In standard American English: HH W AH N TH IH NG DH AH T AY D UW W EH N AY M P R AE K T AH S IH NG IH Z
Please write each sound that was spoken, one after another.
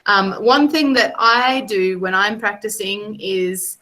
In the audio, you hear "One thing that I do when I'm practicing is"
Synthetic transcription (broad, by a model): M W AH N TH IH NG DH AH T AY D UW W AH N AY M P R AE K T AH S IH NG IH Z